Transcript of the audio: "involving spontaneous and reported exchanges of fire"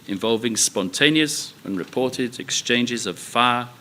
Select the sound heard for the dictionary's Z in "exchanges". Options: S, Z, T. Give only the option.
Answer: Z